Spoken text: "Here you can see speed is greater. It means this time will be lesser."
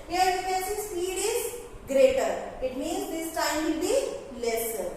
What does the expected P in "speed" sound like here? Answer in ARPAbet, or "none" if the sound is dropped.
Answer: none